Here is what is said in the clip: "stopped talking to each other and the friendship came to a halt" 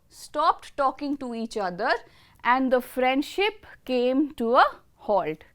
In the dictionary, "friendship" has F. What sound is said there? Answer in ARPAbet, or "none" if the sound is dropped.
F